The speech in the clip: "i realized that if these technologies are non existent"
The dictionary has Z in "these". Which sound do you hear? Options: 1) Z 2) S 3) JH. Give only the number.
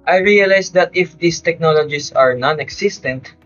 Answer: 2